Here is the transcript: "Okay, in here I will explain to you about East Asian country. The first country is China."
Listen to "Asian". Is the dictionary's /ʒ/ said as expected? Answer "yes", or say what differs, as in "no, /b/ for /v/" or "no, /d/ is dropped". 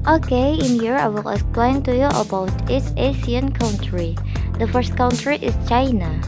no, /s/ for /ʒ/